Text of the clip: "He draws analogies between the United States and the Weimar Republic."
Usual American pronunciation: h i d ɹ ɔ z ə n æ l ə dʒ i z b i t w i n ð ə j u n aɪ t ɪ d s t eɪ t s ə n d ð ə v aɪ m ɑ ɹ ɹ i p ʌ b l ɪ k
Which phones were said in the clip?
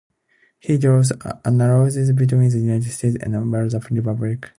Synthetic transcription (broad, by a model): h i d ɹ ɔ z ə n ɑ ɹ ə z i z b i t w i n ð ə j u n aɪ t ɪ d s t eɪ t s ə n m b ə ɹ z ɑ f ɹ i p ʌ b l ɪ k